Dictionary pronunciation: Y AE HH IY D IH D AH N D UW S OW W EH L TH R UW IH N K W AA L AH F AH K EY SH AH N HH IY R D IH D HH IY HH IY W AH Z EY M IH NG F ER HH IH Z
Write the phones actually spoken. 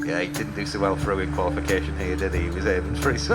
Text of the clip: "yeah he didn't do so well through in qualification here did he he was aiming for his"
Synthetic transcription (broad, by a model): Y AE HH IY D IH D N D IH S OW W EH L F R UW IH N K W AA L AH F AH K EY SH AH N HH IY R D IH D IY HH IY W AH Z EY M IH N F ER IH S